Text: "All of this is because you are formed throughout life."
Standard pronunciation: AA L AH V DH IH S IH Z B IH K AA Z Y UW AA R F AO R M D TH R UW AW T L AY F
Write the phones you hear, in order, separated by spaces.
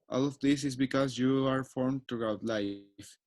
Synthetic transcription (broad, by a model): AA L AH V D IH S IH Z B IH K AA Z Y UW AA R F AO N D T R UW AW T L AY F